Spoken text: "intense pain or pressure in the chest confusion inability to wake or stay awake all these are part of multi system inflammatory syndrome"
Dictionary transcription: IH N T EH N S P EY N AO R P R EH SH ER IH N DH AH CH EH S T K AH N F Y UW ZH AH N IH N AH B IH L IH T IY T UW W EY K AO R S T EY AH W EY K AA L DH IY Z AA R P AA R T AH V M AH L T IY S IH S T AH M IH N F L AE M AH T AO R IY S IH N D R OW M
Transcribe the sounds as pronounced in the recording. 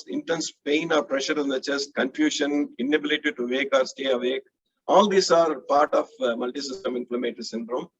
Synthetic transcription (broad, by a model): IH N T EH N S P EY N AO R P R EH SH ER IH N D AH CH EH S T K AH N F Y UW SH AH N IH N AH B IH L IH T IY T UW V EY K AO R S T EY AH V EY K AA L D IY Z AA R P AA R T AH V M AH L T IY S IH S T AH M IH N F L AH M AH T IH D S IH N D R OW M